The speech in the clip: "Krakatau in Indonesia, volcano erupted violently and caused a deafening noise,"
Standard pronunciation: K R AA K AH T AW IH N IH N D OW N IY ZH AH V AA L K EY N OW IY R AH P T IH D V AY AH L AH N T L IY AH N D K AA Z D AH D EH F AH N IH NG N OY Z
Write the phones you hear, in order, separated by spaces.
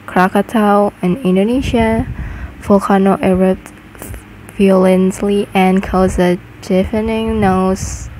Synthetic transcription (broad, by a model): K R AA K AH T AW IH N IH N D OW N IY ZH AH F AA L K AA N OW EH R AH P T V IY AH L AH N S L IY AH N K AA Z AH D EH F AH N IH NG N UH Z